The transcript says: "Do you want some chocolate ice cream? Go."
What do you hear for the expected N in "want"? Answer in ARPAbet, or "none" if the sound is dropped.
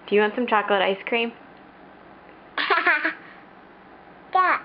N